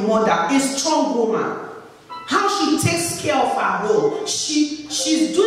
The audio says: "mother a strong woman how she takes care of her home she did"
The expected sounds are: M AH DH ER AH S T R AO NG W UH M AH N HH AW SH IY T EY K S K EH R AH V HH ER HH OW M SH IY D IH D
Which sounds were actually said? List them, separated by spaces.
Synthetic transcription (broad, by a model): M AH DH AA AH S T R AO NG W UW M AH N HH AW SH IY T EY K S K EH R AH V HH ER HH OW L SH IY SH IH D